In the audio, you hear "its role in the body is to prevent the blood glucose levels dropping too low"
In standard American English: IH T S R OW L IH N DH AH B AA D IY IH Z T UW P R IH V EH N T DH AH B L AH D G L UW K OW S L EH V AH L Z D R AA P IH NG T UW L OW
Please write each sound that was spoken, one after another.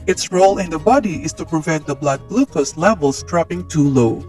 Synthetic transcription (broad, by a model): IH T S R OW L IH N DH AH B AA D IY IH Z T UW P R IH V EH N T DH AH B L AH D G L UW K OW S L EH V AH L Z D R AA P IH NG T UW L OW